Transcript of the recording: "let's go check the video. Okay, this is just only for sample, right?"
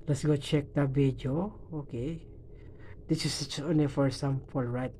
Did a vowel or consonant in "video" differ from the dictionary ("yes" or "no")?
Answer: yes